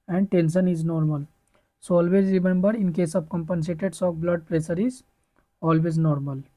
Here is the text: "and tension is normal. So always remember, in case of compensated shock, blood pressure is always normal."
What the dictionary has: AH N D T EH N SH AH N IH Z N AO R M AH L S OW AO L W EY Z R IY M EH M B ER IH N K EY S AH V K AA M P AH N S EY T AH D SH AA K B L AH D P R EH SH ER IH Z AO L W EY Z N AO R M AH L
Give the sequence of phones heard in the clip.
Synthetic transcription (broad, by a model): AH N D T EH N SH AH N IH Z N AO R M AH L S OW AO L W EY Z R IY M EH M B ER IH N K EY S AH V K AA M P AH N S EY T AH D S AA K B L AH D P R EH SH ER IH Z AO L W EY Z N AO R M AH L